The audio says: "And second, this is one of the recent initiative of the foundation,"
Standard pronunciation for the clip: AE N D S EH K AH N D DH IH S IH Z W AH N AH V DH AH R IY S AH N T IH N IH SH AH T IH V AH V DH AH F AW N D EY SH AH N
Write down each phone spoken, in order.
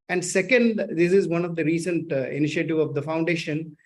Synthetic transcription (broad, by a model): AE N D S EH K AH N D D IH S IH Z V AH N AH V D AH R IY S AH N T IH N IH SH AH T IH V AH V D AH F AW N D EY SH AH N